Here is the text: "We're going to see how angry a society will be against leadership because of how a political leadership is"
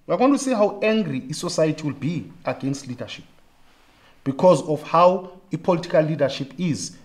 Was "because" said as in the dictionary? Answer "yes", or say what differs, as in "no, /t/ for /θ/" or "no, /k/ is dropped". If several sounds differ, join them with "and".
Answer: yes